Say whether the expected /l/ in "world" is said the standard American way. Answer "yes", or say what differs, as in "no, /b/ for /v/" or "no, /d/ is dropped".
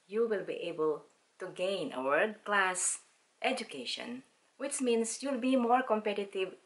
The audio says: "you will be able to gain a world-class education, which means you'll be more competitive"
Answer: no, /l/ is dropped